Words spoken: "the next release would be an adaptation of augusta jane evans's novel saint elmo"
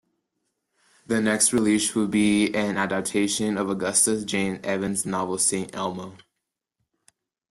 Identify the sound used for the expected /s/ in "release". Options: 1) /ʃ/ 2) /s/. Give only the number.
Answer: 1